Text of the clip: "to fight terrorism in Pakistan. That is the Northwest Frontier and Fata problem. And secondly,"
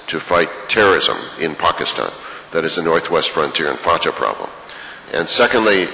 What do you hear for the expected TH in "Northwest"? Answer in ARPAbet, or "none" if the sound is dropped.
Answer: TH